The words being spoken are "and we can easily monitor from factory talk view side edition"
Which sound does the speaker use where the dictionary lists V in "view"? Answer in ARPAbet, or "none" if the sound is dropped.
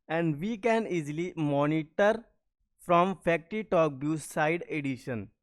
B